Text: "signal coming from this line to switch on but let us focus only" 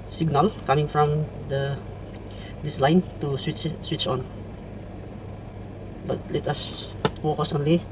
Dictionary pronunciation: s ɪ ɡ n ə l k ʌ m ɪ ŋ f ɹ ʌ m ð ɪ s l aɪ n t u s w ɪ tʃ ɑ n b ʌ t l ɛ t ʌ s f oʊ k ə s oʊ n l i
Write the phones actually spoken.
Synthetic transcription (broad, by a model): s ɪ ɡ n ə l k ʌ m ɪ ŋ f ɹ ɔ m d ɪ s l aɪ n t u s w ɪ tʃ ɑ n b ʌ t l ɛ t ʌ s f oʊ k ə s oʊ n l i